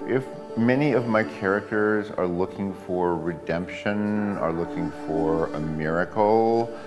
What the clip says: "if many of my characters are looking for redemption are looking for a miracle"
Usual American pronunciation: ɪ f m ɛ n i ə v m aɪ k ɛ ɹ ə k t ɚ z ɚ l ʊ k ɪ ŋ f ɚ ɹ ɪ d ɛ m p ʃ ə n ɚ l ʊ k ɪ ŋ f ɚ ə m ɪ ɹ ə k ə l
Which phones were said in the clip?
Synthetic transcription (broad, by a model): ɪ f m ɛ n i ə v m aɪ k ɛ ɹ ə k t ɚ z ɚ l ʊ k ɪ ŋ f ɚ ɹ ɪ d ɛ m p ʃ ə n ɚ l ʊ k ɪ ŋ f ɚ ə m ɪ ɹ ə k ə l